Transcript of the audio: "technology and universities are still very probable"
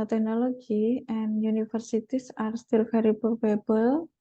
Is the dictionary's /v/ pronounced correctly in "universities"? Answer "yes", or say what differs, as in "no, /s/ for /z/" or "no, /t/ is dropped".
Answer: no, /f/ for /v/